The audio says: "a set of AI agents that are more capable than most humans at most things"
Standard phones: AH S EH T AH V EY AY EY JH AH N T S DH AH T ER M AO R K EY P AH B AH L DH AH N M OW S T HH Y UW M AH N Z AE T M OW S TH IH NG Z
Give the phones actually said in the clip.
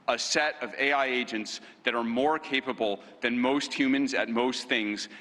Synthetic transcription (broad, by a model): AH S EH T AH V EY AY EY JH AH N T S DH AH T ER M AO R K EY P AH B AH L DH AH N M OW S T HH Y UW M AH N Z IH T M OW S TH IH NG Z